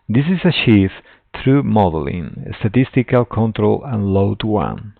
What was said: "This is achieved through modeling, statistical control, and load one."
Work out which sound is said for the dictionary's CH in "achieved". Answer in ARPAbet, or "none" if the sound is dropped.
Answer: SH